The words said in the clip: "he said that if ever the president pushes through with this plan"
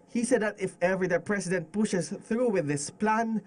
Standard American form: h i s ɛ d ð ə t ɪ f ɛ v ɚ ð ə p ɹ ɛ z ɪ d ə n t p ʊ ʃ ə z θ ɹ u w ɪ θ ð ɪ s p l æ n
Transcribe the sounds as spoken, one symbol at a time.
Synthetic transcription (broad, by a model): h i s ɛ d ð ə t ɪ f ɛ v ɚ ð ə p ɹ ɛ s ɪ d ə n t p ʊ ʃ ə s θ ɹ u w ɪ ð ɪ s p l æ n